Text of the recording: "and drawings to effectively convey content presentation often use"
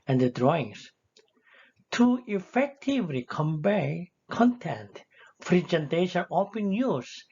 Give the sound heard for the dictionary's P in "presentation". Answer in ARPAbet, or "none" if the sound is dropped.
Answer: F